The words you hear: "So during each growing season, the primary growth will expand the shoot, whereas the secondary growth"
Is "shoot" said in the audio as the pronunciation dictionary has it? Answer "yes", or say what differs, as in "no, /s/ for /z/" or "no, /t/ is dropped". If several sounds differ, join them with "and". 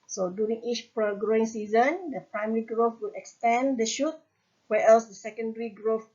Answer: yes